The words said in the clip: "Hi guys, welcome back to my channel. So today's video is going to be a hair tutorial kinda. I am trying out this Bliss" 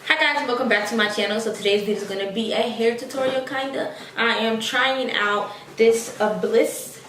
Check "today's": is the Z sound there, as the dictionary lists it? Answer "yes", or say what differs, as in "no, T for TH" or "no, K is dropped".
yes